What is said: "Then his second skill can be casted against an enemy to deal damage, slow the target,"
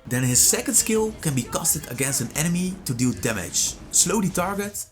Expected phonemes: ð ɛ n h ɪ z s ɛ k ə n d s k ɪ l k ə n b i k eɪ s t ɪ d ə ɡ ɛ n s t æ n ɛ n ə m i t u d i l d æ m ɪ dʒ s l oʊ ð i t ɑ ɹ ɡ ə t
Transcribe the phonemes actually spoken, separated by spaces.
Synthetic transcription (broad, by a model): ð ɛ n h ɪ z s ɛ k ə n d s k ɪ l k ə n b i k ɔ s t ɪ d ə ɡ ɛ n s t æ n ɛ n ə m i t u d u d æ m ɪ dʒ s l oʊ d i t ɑ ɹ ɡ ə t